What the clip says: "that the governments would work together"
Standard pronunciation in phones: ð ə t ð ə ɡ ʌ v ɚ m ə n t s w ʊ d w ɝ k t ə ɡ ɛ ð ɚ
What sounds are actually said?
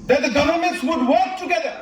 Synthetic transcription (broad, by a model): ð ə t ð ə ɡ ʌ v ɚ m ə n t s w ʊ d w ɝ k t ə ɡ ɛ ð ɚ